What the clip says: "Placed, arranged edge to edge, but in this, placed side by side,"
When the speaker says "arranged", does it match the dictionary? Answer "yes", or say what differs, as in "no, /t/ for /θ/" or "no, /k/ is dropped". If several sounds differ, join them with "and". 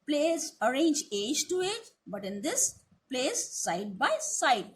no, /d/ is dropped